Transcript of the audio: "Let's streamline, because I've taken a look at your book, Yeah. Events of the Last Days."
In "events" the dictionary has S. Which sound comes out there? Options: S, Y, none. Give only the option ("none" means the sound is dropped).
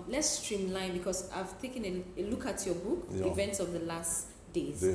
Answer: S